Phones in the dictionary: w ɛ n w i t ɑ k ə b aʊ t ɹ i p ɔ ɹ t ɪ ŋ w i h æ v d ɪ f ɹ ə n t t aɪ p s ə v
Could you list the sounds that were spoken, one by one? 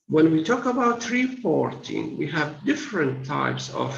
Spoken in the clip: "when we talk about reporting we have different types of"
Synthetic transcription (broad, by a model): w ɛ n w i t ɑ k ə b aʊ t ɹ i p ɔ ɹ t ɪ ŋ w i h æ v d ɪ f ɹ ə n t t aɪ p s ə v